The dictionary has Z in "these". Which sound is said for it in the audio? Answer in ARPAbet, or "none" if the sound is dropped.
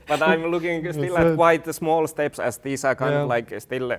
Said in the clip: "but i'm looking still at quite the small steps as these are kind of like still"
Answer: S